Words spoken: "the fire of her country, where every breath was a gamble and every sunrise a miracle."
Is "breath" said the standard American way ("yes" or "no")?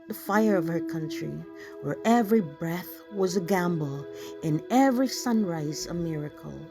yes